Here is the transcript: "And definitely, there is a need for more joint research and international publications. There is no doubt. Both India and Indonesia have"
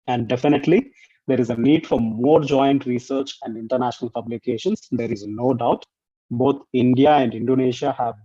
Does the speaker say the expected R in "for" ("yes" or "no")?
yes